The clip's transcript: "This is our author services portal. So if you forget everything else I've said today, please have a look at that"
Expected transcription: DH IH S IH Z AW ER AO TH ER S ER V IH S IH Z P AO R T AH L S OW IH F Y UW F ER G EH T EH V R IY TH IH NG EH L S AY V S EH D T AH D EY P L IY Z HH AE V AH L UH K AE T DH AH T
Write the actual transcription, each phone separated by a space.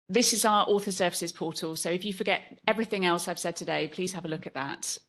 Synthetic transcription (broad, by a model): DH IH S IH Z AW ER AO TH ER S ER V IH S IH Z P AO T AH L S OW IH F Y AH F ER G EH T EH V R IY TH IH NG EH L S AY V S EH D T AH D EY P L IY Z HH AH V AH L UH K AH T DH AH T